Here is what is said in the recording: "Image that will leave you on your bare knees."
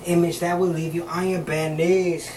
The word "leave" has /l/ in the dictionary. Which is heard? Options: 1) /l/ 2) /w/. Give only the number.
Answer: 1